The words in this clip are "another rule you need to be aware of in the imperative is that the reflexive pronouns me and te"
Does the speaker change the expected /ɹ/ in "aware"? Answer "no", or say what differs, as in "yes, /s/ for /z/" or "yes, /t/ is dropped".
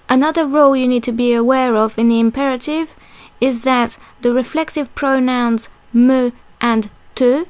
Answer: no